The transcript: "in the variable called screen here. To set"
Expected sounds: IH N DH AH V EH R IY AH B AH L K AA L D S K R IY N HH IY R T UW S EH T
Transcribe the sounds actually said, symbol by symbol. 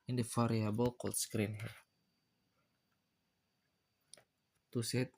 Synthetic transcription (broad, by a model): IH N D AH F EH R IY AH B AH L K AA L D S K R IY N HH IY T T UW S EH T